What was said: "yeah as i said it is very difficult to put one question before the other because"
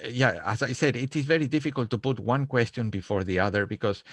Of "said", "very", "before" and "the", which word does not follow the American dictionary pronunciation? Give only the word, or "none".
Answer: none